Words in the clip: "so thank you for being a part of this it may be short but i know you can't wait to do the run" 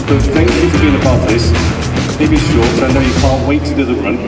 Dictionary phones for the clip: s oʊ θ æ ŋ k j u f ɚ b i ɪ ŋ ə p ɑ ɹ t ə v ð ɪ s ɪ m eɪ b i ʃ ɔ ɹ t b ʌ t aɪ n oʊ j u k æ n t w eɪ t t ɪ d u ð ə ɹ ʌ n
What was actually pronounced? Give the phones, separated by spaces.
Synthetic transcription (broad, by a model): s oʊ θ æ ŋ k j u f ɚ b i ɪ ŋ ə b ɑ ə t ð ɪ s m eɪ b i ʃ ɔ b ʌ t aɪ n oʊ j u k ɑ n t w eɪ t t ɪ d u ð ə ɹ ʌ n